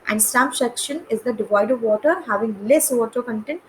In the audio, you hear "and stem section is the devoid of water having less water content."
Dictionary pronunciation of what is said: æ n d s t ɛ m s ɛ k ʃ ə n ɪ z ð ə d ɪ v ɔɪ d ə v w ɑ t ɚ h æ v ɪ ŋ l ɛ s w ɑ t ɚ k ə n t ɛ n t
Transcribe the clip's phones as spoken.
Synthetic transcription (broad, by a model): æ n d s t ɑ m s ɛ k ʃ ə n ɪ z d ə d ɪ v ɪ d ə v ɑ t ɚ h æ v ɪ ŋ l ɛ s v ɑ t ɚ k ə n t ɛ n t